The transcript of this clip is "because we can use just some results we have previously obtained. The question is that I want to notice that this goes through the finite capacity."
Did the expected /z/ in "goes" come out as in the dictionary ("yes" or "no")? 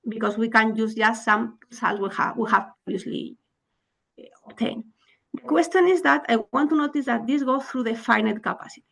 no